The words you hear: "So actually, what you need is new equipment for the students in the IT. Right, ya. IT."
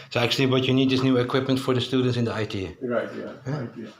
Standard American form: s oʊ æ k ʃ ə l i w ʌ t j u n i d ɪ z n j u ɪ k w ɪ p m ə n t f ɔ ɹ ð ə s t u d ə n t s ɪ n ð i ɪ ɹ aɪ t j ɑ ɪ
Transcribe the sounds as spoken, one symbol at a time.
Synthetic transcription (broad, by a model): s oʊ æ k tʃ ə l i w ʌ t j u n i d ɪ s n j u ɪ k w ɪ p m ə n t f ɔ ɹ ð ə s t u d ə n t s ɪ n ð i ɪ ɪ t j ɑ